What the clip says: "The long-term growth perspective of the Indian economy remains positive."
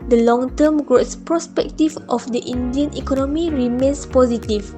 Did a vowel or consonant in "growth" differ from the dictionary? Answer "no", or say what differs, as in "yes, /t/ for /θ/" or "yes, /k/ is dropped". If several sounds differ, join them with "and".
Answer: yes, /s/ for /θ/